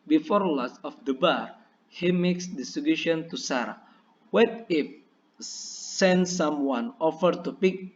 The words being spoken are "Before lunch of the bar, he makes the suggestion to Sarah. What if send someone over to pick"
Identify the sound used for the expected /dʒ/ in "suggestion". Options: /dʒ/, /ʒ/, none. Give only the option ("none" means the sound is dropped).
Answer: none